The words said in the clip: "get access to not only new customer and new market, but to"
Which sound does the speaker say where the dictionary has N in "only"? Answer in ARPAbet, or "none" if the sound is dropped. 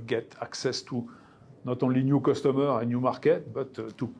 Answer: none